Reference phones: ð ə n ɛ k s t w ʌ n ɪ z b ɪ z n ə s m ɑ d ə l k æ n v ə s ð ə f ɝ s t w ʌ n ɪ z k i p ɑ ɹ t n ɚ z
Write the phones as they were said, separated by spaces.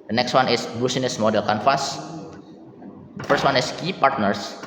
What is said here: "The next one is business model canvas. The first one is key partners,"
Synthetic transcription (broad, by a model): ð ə n ɛ k s t w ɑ n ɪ s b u s n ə s m ɑ d ə l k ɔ n f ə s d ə f ɝ s t w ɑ n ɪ s k i p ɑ ɹ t n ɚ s